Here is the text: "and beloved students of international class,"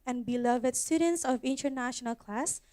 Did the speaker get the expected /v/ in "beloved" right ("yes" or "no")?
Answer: yes